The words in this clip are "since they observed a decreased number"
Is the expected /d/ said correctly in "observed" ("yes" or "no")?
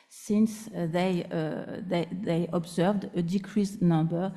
yes